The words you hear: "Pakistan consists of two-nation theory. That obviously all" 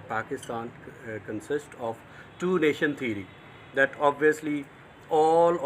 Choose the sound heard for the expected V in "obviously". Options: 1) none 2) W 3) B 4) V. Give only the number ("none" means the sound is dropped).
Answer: 4